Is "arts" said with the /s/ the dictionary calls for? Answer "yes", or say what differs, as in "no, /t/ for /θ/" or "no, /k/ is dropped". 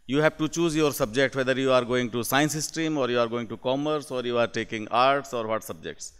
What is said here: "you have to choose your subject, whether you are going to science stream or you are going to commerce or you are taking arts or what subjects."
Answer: yes